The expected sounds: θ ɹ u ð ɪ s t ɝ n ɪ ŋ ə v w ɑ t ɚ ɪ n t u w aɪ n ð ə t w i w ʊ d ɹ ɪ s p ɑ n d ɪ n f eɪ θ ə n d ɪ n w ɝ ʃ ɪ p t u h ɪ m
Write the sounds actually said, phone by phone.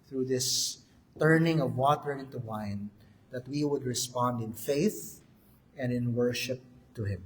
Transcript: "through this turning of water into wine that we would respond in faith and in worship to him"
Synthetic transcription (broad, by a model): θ ɹ u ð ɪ s t ɝ n ɪ ŋ ə v w ɑ t ɚ ɪ n t u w aɪ n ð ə t w i w ʊ d ɹ ɪ s p ɑ n d ɪ n f eɪ θ ə n d ɪ n w ɝ ʃ ɪ p t u h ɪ m